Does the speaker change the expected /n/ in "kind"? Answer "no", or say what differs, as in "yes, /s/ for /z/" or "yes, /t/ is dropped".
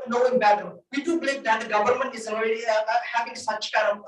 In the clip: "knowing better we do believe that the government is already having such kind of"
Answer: yes, /n/ is dropped